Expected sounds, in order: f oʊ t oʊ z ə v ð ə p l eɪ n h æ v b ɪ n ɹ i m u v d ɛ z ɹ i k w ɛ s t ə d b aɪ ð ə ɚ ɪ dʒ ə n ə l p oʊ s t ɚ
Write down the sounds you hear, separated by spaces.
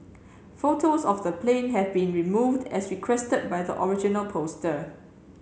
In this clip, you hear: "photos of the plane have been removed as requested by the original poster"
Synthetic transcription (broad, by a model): f oʊ t oʊ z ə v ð ə p l eɪ n h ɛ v b ɪ n ɹ i m u v d ɛ s ɹ i k w ɛ s t ə d b aɪ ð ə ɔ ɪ dʒ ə n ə l p oʊ s t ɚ